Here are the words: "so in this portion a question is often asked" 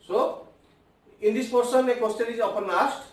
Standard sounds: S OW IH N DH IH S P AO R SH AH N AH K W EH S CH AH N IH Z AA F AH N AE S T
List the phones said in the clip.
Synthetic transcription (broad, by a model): S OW IH N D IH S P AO R S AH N AH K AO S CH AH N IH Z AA P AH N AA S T